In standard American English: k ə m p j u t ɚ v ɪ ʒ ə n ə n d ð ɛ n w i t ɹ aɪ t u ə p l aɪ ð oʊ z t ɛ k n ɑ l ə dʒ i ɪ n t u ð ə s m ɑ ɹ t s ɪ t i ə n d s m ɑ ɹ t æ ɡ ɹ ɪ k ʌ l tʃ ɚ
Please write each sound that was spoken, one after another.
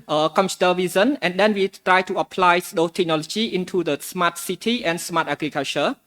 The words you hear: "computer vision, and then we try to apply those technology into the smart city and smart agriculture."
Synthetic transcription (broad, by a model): k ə m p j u t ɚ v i z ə n ə n d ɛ n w i t ɹ aɪ t u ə p l aɪ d oʊ t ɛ k n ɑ l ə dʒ i ɪ n t u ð ə s m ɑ t s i t i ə n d s m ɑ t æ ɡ ɹ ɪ k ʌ l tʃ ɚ